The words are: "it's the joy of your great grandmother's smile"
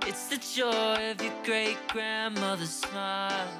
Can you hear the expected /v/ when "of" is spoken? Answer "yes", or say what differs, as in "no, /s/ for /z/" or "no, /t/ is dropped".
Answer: yes